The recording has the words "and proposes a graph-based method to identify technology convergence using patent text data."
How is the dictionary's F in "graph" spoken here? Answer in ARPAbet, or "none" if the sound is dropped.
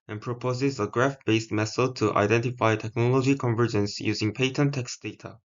F